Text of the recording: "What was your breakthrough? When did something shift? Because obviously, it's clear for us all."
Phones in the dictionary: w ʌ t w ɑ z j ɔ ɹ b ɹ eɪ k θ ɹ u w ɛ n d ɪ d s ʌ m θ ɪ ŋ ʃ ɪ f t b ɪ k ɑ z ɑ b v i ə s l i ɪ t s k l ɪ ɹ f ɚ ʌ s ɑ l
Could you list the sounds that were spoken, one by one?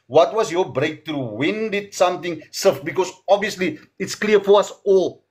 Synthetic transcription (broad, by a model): w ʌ t w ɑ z j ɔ b ɹ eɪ k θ ɹ u w ɛ n d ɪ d s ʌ m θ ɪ ŋ s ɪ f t b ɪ k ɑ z ɑ b v i ə s l i ɪ t s k l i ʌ f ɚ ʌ s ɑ l